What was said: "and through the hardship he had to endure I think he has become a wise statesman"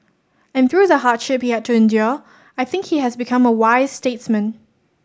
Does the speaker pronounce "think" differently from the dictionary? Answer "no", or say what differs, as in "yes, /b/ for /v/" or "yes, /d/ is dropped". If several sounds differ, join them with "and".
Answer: no